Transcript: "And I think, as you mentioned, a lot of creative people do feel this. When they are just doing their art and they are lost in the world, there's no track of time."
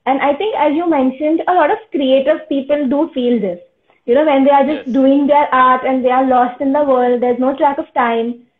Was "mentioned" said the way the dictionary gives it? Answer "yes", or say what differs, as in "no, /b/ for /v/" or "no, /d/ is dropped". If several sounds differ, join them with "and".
yes